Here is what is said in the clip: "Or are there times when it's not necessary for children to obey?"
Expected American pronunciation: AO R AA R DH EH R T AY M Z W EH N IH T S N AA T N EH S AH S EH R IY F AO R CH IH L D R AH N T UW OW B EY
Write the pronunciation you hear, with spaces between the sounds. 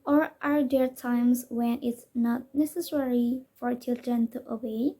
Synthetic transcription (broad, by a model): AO R AA R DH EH R T AY M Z W EH N IH T S N AA T N EH S AH S EH R IY F AO R CH IH L D R AH N T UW OW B EY